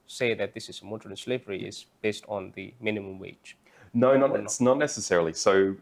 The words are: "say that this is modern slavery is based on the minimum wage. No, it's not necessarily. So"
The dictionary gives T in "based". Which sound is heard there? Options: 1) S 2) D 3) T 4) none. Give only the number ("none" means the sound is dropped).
3